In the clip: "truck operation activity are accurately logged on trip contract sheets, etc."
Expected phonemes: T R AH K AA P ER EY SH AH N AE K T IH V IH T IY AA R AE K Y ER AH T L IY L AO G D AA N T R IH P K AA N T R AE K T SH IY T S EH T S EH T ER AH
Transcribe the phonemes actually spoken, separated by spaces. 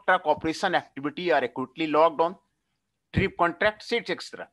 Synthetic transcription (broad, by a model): T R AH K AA P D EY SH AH N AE K T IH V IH T IY AA R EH K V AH T L IY L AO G D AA N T R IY P K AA N T R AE K T S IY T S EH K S T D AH